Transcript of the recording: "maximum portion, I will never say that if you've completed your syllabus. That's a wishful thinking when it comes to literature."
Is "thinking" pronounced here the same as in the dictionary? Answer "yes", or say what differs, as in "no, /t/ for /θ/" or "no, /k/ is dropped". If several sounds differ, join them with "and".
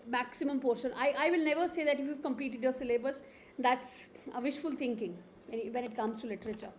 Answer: no, /t/ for /θ/